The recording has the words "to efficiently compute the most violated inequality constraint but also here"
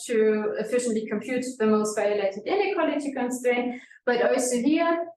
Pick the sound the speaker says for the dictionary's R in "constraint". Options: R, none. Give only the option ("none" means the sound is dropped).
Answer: none